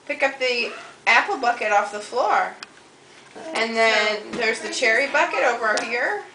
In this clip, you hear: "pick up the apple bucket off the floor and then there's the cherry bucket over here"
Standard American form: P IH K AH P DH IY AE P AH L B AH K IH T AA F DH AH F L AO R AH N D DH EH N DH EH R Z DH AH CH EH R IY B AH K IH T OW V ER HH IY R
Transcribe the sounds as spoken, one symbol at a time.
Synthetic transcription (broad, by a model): P IH K AH P DH IY AE P L B AH K IH T AA F DH AH F L AO R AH N DH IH N DH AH R Z DH AH CH EH R IY B AH K IH T OW V ER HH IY R